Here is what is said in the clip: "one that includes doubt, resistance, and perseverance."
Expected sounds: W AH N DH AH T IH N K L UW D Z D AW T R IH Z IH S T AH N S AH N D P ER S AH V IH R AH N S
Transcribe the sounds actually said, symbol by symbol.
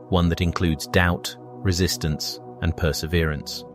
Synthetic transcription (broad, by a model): W AH N DH AH T IH N K L UW D Z D AW T R IH Z IH S T AH N S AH N P ER S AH V IH R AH N S